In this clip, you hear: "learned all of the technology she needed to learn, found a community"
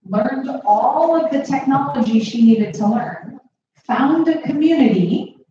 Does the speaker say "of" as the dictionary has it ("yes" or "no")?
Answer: yes